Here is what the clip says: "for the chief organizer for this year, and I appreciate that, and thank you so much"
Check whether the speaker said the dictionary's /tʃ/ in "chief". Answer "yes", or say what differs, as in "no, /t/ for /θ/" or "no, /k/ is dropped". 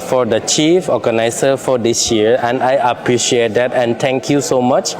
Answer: yes